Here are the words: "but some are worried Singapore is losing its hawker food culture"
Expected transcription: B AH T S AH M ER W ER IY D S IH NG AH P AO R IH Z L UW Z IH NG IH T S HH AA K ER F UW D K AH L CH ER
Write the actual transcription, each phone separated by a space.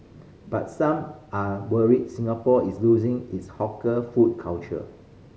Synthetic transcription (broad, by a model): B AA T S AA M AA W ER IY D S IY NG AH P AO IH S L UW Z IH NG IH T S HH AA K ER F UW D K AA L CH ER